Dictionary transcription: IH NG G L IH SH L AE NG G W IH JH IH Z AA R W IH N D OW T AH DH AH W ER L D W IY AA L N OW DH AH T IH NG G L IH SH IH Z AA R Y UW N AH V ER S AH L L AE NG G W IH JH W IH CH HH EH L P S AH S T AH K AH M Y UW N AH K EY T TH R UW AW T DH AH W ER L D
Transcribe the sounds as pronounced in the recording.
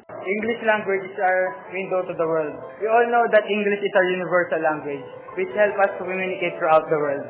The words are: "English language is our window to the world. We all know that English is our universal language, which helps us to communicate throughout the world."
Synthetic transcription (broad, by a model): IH NG G L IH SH L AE NG G W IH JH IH S AA R W IH N D OW T AH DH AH W ER L D W IY AA L N OW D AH T IH NG G L IH SH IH S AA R Y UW N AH V ER S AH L L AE NG G W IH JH W IH CH HH EH L P AH S T AH K AH M Y UW N AH K EY T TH R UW AW T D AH W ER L D